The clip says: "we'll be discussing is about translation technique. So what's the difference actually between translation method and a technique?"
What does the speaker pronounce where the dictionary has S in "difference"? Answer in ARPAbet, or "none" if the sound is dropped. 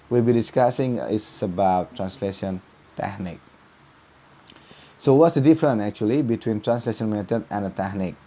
none